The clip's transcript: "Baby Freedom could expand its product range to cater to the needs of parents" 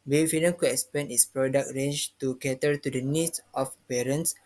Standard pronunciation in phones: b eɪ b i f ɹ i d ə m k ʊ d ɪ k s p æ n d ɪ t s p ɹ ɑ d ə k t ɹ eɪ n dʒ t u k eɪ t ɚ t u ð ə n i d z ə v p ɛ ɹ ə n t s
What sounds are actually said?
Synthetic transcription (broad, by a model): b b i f i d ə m k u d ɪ k s p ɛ n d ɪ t s p ɹ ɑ d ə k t ɹ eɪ n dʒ t u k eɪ t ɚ t u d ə n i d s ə f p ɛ ɹ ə n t s